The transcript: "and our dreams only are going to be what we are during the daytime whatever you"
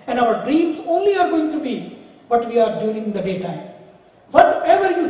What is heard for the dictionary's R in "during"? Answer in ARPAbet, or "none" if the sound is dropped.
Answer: none